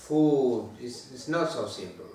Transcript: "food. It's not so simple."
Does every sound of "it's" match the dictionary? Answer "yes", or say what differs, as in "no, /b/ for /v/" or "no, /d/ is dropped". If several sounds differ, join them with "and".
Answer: no, /s/ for /t/